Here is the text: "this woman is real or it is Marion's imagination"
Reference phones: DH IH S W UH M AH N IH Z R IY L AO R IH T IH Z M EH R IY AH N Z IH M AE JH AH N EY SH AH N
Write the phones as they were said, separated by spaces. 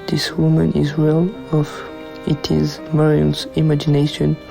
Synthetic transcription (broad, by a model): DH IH S W UH M AH N IH Z W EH L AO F IH T IH Z M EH R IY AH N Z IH M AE JH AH N EY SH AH N